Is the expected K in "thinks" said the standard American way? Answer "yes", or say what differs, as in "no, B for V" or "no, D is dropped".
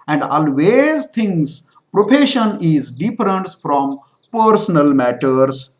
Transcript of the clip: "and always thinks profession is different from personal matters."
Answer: no, K is dropped